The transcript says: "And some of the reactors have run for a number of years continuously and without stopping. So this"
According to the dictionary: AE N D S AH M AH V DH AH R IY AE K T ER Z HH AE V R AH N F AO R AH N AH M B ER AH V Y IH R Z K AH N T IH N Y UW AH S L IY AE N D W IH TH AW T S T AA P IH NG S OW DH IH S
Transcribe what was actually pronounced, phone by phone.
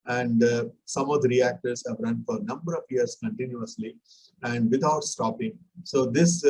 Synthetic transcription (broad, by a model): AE N D S AH M AH V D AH R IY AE K T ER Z HH AE V R AH N F AO R AH N AH M B ER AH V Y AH R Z K AH N T IH N Y UW AH S L IY AE N D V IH T AW T S T AA P IH NG S OW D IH S